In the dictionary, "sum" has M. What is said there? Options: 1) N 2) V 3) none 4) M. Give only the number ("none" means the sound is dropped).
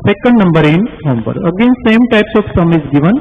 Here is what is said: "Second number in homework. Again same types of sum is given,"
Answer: 4